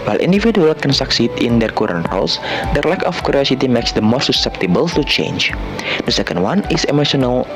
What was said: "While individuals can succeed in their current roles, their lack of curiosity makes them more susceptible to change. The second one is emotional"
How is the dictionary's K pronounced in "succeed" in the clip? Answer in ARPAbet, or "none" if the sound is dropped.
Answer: K